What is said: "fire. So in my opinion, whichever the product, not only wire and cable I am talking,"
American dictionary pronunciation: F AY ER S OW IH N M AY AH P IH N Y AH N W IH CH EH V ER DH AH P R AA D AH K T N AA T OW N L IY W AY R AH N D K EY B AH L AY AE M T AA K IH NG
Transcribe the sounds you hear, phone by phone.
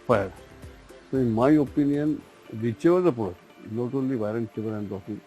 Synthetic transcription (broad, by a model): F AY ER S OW IH N M AY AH P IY N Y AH N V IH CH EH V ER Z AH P AA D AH T N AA T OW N L IY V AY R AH N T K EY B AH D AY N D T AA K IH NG